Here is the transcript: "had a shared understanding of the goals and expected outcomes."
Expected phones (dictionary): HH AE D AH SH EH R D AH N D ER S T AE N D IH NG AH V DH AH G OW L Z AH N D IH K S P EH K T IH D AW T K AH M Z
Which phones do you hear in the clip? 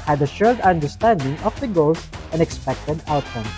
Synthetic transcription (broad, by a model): HH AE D AH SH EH L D AH N D ER S T AE N D IH NG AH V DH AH G OW L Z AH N IH K S P EH K T IH D AW T K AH M